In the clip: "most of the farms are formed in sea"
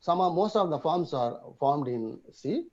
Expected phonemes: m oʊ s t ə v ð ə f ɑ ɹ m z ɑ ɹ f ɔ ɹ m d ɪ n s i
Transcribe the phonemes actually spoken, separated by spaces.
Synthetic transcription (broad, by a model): m oʊ s t ə v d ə f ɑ ɹ m s ɑ ɹ f ɔ ɹ m d ɪ n s i